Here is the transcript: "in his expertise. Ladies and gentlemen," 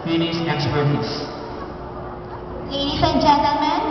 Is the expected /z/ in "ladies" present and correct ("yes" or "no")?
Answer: no